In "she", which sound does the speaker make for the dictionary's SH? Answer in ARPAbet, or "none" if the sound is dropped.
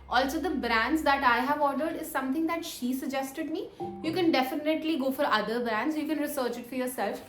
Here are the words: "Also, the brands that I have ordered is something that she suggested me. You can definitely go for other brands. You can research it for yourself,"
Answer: SH